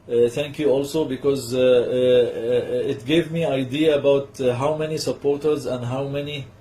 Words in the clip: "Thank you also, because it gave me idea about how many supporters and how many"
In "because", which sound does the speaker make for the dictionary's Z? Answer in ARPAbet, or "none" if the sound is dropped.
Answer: Z